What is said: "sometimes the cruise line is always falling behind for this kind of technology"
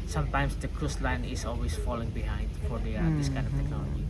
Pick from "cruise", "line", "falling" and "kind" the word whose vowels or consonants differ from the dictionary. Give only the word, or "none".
cruise